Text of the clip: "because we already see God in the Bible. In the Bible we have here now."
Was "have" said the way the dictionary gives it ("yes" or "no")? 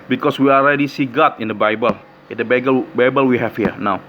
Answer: no